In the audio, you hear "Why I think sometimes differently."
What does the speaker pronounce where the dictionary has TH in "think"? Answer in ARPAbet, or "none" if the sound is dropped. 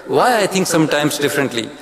T